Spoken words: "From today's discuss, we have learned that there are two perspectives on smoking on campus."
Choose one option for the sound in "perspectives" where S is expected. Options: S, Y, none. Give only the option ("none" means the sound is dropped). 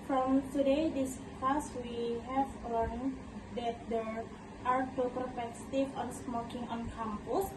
none